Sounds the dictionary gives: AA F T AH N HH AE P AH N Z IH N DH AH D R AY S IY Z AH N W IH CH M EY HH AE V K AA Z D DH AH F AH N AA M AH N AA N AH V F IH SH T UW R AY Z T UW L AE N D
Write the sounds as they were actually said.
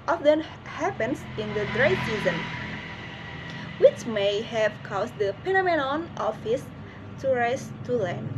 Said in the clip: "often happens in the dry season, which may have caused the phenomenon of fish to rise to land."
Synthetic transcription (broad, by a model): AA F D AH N HH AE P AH N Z IH N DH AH D R AY S IY Z AH N W IH CH M EY HH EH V K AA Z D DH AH P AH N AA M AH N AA N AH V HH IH S T UW R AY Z T UW L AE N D